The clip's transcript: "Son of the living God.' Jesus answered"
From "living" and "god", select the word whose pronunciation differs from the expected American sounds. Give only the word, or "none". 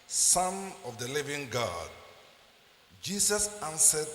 none